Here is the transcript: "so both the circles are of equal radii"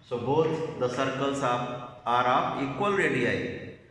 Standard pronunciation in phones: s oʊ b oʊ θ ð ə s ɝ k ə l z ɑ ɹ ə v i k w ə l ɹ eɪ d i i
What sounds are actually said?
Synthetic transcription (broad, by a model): s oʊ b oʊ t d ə s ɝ k ə l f ɑ ɹ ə p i k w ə l ɹ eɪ d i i